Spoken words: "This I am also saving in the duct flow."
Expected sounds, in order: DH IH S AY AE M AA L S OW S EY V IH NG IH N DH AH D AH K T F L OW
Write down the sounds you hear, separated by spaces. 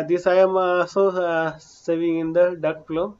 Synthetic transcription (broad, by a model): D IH S AY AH M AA S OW S EY V IH NG IH N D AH D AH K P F L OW